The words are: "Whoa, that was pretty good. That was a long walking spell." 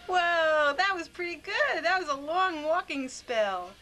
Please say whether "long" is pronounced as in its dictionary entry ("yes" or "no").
yes